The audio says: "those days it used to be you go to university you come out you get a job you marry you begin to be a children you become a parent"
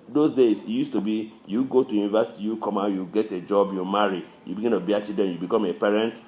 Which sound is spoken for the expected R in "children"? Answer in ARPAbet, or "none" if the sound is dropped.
none